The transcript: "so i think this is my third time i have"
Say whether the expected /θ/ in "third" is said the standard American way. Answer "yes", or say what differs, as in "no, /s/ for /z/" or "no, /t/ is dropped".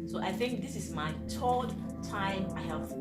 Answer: no, /t/ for /θ/